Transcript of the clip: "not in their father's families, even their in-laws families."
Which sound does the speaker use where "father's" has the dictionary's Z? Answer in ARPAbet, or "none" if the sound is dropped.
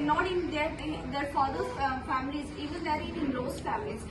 none